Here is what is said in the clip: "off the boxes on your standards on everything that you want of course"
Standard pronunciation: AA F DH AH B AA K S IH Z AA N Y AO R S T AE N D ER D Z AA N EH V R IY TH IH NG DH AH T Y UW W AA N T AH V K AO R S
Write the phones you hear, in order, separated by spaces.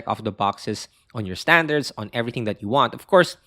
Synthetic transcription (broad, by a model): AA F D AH B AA K S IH S AA N Y AO R S T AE N D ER D S AA N EH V R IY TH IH NG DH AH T Y UW W AA N T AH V K AO R S